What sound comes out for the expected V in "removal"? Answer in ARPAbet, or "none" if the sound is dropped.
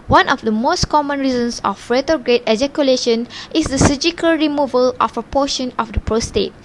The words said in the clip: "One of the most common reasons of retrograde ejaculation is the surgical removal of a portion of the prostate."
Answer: V